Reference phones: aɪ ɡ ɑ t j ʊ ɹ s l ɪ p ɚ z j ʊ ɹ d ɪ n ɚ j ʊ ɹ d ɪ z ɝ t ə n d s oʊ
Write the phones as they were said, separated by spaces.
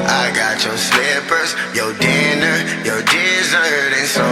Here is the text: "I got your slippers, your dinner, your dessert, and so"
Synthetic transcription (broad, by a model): aɪ ɡ ɑ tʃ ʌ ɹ s l ɪ p ɚ z j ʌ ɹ d ɪ n ɚ j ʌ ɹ d ɪ z ɝ t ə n s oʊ